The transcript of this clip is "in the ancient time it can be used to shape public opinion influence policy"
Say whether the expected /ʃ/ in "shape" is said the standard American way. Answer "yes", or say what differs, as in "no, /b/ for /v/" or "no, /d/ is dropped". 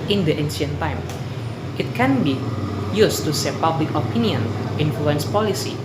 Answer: no, /s/ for /ʃ/